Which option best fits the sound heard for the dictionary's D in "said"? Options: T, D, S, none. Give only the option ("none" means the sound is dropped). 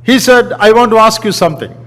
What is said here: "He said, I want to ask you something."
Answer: D